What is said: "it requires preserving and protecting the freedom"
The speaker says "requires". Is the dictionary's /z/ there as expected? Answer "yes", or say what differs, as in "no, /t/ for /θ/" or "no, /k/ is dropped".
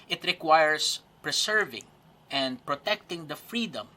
no, /s/ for /z/